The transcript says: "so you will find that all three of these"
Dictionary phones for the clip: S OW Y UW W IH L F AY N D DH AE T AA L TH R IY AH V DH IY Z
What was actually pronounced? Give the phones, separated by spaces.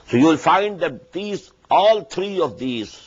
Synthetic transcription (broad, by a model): S OW Y UW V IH L F AY N D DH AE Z AA L T R IY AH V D IY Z